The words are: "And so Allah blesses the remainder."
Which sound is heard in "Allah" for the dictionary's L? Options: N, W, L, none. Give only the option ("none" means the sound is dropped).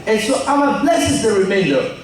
W